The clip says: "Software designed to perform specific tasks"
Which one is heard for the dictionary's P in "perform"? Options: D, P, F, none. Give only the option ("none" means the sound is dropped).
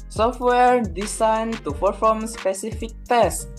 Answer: F